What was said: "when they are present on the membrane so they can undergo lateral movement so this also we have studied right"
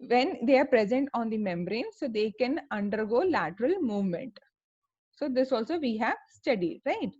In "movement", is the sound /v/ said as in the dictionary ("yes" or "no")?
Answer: yes